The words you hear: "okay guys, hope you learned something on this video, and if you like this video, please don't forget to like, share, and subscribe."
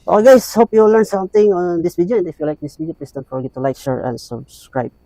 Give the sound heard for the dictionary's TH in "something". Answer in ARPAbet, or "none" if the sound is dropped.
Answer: T